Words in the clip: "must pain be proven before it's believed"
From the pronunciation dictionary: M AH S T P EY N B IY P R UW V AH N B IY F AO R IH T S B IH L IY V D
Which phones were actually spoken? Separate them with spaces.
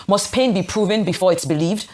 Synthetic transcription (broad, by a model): M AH S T P EY N B IY P R UW V AH N B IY F AO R IH T S B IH L IY V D